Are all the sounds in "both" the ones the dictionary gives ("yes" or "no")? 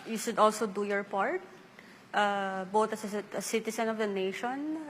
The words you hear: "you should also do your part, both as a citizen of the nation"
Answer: no